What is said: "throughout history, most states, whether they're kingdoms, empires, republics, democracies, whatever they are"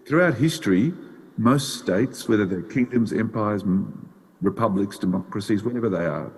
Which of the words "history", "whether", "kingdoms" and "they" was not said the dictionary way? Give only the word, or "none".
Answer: none